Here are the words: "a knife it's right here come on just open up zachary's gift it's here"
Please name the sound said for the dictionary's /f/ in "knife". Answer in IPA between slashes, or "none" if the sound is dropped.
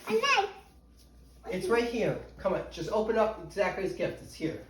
none